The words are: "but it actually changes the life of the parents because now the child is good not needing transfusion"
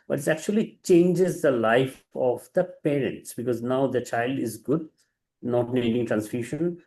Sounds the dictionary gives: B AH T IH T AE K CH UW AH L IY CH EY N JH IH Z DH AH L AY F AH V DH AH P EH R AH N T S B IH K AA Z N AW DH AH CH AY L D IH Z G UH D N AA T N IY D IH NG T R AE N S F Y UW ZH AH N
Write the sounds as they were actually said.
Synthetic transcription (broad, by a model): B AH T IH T AE K CH UW AH L IY CH EY N JH IH Z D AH L AY F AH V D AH P EH R AH N T S B IH K AA Z N AW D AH CH AY L D IH Z G UH D N AA T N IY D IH NG T R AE N S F Y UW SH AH N